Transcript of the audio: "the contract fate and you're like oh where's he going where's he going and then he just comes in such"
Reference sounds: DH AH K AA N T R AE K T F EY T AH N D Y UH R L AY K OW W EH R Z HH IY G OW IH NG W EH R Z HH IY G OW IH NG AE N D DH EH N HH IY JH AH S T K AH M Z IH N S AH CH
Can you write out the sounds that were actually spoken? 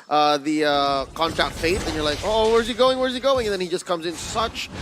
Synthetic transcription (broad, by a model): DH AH K AA N T R AE K T F EY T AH N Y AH R L AY K OW W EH R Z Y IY G OW IH NG W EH R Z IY G OW IH NG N DH EH N HH IY JH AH S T K AH M Z IH N S AH CH